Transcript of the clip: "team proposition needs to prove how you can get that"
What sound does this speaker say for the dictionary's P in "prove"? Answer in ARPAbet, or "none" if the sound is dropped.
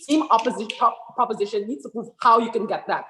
P